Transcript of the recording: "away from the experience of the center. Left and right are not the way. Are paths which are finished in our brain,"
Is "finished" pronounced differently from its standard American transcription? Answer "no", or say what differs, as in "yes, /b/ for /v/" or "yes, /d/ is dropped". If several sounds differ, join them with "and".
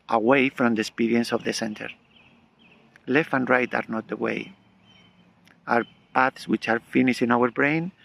yes, /t/ is dropped